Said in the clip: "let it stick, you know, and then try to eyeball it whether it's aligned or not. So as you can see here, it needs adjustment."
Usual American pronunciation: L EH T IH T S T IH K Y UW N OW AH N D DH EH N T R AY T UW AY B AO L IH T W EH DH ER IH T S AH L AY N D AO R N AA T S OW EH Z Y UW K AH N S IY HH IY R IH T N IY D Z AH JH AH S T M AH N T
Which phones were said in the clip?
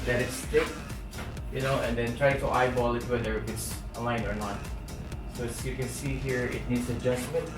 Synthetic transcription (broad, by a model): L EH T IH T S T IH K Y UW N OW AH N D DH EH N T R AY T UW AY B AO L IH T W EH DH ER IH T S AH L AY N AO R N AA T S OW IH S Y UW K AH N S IY HH IY R IH T N IY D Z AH JH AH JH M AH N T